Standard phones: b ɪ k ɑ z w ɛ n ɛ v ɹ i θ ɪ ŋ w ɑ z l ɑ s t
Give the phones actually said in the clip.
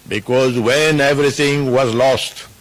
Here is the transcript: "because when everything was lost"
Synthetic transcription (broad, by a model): b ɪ k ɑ z w ɛ n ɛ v ɹ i t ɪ ŋ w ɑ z l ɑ s t